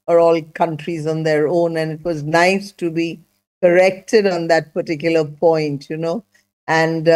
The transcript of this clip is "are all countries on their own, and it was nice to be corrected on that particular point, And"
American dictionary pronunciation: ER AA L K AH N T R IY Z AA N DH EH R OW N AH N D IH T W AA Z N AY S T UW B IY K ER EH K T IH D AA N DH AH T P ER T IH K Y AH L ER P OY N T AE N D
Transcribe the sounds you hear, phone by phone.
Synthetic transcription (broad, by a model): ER AA L K AH N T R IY Z AA N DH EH R OW N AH N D IH T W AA Z N AY S T UW B IY K ER EH K T IH D AA N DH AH T P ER T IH K Y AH L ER P OY N T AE N D